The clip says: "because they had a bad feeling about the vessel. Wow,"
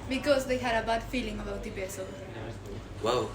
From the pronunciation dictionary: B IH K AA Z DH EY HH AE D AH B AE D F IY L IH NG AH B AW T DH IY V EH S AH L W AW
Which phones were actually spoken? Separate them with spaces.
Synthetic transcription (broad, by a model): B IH K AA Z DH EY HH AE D AH B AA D F IY L IH NG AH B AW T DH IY B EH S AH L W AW